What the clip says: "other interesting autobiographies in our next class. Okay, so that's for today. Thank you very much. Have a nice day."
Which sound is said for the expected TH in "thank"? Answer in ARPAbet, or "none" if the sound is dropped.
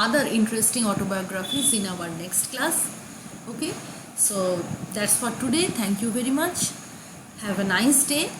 T